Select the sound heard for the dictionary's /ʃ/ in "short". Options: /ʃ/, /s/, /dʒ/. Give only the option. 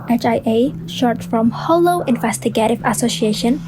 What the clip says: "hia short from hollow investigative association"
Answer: /ʃ/